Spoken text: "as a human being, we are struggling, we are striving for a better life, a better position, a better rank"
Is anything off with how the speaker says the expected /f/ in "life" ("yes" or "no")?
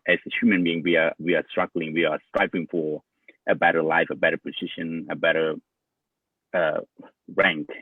no